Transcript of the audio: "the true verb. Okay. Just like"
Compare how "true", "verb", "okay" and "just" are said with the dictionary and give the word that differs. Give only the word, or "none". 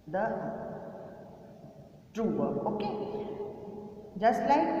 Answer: verb